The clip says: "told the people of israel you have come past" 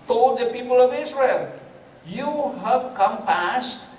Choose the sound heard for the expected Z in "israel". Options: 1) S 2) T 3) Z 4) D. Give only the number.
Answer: 1